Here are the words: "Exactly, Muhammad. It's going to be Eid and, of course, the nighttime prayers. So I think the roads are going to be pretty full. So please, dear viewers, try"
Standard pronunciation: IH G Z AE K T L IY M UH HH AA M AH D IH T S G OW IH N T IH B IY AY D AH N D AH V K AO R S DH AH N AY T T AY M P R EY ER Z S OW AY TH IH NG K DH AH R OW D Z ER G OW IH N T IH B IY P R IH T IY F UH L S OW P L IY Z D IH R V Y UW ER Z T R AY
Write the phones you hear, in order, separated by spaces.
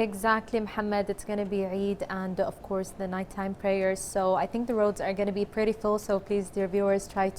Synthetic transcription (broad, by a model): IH G Z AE K T L IY M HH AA M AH D IH T S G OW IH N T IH B IY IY D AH N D AH V K AO R S DH AH N AY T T AY M P R EY ER Z S OW AY TH IH NG K DH AH R OW D Z ER G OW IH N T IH B IY P R IH T IY F UH L S OW P L IY Z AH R V Y UW ER Z T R AY